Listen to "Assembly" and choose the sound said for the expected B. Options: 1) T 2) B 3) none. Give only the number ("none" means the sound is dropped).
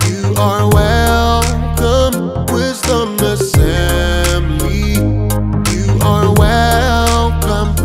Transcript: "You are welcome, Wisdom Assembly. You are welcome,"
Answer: 3